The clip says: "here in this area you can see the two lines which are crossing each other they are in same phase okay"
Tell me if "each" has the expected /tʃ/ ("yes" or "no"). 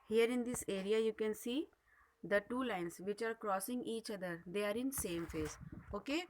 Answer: yes